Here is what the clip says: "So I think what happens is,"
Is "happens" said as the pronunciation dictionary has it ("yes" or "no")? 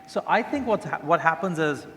yes